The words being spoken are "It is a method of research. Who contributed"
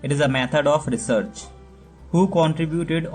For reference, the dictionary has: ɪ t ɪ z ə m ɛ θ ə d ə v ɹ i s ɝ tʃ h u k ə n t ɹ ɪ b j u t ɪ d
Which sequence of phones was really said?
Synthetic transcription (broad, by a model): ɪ t ɪ z ə m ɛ t ə d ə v ɹ i s ɝ tʃ h u k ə n t ɹ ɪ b j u t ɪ d